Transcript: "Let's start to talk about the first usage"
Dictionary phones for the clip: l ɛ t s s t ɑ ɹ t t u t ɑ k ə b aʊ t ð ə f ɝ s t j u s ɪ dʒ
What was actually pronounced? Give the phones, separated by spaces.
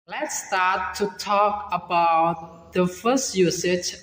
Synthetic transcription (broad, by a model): l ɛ t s s t ɑ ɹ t t u t ɑ k ə b aʊ t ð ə f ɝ s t j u s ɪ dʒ